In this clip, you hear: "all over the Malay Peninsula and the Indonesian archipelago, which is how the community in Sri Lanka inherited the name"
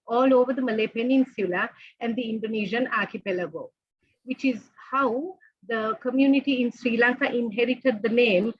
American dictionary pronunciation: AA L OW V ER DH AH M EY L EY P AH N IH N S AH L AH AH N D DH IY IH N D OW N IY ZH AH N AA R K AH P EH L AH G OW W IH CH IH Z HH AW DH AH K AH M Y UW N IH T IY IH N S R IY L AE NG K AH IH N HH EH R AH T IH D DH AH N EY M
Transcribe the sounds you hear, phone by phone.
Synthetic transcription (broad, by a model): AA L OW V ER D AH M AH L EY P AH N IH N S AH L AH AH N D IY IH N D OW N IY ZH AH N AA R K AH P EH L AH G OW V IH CH IH Z HH AW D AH K AH M Y UW N IH T IY IH N S R IY L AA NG K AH IH N HH EH R AH T IH D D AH N EY M